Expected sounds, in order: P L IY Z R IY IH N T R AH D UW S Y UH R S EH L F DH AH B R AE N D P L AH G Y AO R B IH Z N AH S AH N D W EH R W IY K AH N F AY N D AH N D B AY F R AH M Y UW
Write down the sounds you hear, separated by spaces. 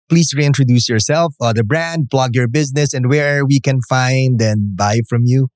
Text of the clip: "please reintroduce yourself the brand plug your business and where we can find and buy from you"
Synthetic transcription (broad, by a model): P L IY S R IY IH N T R AH D UW S Y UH R S EH L F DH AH B R AE N D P L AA G Y AO R B IH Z N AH S AH N D W EH R W IY K AH N F AY N D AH N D B AY F R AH M Y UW